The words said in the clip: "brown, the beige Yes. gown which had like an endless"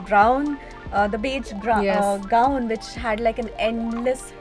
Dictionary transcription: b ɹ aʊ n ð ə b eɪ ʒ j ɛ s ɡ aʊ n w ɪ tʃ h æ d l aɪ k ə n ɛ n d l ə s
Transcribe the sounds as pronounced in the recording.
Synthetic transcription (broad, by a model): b ɹ aʊ n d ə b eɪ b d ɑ ɡ aʊ n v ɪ tʃ h æ d l aɪ k ə n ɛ n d l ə s